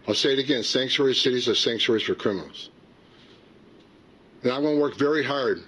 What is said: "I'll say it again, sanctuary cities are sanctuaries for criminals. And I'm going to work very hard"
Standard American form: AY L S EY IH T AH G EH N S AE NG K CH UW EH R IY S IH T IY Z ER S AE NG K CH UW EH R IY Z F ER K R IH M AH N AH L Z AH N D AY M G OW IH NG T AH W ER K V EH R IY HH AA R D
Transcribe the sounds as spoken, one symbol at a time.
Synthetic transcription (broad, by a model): AY L S EY IH T AH G EH N S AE NG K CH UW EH R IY S IH T IY Z ER S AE NG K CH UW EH R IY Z F ER K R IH M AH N L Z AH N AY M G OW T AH W ER K V EH R IY HH AA R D